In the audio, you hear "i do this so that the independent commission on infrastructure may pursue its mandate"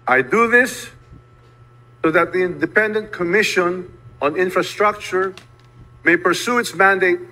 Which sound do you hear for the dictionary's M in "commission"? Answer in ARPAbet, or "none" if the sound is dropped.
M